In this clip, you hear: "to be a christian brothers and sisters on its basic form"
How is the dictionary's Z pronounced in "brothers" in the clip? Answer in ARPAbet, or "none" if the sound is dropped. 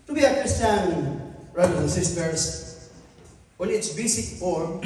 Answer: none